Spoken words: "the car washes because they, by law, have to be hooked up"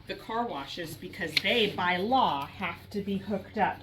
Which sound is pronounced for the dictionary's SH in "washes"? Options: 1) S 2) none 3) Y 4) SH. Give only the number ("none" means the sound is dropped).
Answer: 4